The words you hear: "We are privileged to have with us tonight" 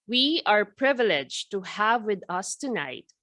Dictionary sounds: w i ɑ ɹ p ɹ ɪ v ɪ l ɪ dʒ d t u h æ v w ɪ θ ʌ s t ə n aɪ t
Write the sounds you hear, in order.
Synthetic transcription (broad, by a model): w i ɑ ɹ p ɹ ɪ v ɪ l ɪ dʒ t u h æ v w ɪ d ʌ s t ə n aɪ t